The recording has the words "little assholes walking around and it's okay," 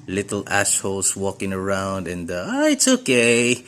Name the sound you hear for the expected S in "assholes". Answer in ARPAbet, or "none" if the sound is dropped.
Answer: SH